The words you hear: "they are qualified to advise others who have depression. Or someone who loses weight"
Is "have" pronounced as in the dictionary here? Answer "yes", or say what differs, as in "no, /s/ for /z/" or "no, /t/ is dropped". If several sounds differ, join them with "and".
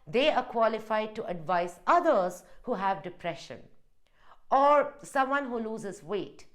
yes